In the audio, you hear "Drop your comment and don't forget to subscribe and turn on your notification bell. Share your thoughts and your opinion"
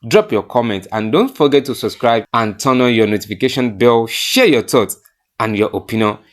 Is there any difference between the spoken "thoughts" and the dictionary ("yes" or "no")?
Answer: yes